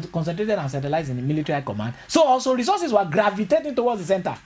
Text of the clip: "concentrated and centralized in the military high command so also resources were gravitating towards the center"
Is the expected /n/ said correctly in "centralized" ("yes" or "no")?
no